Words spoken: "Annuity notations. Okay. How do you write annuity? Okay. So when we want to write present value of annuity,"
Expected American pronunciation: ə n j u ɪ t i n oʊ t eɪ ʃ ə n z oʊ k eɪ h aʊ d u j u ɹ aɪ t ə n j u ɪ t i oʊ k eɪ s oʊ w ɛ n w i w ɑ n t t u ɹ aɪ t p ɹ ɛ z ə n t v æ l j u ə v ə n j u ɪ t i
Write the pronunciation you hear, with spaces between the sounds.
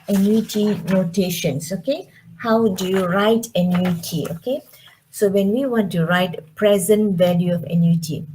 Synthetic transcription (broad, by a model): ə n j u t i n oʊ t eɪ ʃ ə n s oʊ k eɪ h aʊ d u j u ɹ aɪ t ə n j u t i oʊ k eɪ s oʊ w ɛ n w i w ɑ n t t u ɹ aɪ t p ɹ ɛ z ə n t v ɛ l j u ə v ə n j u t i